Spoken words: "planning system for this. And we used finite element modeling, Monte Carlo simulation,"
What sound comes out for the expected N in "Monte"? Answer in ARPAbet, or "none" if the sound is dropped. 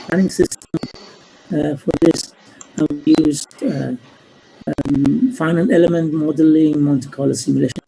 L